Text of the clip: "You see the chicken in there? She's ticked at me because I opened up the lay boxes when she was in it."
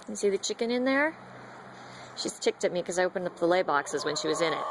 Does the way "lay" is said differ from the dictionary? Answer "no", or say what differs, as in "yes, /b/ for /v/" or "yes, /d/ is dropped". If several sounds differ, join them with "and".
no